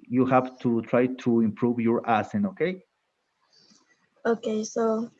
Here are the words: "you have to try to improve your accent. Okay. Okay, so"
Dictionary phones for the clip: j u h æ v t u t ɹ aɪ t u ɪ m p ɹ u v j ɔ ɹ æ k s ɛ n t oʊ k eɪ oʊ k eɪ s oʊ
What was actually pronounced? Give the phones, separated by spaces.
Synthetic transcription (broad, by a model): j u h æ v t u t ɹ aɪ t u ɪ m p ɹ u v j ɔ ɹ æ s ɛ n oʊ k eɪ oʊ k eɪ s oʊ